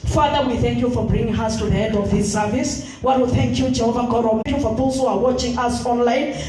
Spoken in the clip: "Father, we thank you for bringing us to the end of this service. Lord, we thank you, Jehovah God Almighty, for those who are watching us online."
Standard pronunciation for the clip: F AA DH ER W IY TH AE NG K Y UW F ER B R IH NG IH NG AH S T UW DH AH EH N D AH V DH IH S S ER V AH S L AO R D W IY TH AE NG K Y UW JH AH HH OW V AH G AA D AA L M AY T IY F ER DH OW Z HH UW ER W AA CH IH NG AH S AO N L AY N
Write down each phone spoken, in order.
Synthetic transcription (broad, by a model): F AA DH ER W IY TH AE NG K Y UW F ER B R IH NG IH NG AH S T UW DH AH EH N D AH V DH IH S S ER V AH S W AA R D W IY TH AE NG K Y UW JH AH HH OW V AH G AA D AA M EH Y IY F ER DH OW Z HH UW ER W AA CH IH NG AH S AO N L AY N